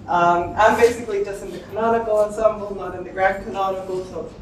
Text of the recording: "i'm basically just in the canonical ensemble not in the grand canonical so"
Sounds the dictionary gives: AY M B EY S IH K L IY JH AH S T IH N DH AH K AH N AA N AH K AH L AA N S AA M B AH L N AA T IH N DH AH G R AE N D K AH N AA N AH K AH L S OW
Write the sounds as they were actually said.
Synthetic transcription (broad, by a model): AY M B EY S IH K L IY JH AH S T IH N DH AH K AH N AA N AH K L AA N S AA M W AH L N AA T IH N DH AH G R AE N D K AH N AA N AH K L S OW